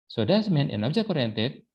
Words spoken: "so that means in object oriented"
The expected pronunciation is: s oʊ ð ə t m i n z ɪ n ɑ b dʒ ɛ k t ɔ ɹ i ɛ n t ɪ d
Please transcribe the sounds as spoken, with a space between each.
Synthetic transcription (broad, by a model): s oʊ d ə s m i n ɪ n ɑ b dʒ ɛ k ɔ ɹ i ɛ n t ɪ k